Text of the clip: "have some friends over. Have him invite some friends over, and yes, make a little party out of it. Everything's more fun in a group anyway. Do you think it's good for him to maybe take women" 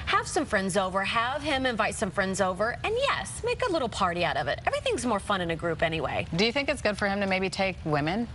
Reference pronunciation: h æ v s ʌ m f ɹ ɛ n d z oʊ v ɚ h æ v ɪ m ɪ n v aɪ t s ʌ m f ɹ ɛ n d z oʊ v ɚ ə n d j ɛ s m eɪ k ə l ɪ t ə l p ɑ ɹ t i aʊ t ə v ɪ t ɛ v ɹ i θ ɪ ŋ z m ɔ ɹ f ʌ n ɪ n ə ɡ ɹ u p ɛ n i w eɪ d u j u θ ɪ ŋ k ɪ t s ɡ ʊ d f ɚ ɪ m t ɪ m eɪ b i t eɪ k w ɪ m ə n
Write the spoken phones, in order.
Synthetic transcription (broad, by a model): h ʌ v s ʌ m f ɹ ɛ n d z oʊ v ɚ h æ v ɪ m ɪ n v aɪ t s ʌ m f ɹ ɛ n d z oʊ v ɚ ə n j ɛ s m eɪ k ə l ɪ t l p ɑ ɹ t i aʊ t ə v ɪ t ɛ v ɹ i θ ɪ ŋ z m ɔ ɹ f ʌ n ɪ n ə ɡ ɹ u p ɛ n i w eɪ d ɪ j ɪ θ ɪ ŋ k ɪ t s ɡ ʊ d f ɚ ɪ m t ɪ m eɪ b i t eɪ k w ɪ m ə n